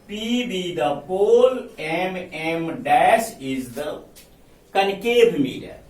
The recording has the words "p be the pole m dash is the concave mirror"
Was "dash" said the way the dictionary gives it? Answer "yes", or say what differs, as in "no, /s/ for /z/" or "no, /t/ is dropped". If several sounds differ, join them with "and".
no, /s/ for /ʃ/